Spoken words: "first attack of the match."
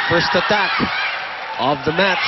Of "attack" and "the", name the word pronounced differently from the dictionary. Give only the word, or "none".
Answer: none